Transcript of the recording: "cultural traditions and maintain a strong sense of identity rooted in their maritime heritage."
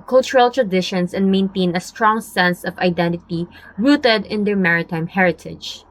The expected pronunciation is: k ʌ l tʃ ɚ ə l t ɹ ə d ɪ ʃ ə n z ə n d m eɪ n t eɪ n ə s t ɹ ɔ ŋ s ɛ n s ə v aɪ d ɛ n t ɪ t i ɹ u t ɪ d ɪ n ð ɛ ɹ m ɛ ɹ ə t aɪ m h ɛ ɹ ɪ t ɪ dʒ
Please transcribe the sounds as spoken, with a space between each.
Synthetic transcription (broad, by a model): k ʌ l tʃ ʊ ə l t ɹ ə d ɪ ʃ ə n s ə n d m eɪ n t eɪ n ə s t ɹ ɔ ŋ s ɛ n s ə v aɪ d ɛ n t ɪ t i ɹ u t ɪ d ɪ n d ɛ ɹ m ɛ ɹ ə t aɪ m h ɛ ɹ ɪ t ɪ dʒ